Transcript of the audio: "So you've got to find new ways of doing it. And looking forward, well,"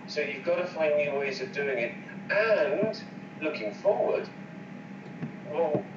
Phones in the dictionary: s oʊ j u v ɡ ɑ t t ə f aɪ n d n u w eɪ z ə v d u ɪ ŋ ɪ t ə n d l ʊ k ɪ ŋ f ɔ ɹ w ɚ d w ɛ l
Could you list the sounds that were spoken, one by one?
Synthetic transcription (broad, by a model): s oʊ j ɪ v ɡ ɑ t t ə f aɪ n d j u w eɪ z ə v d u ɪ ŋ ɪ t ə n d l ʊ k ɪ ŋ f ɔ ɹ w ɚ d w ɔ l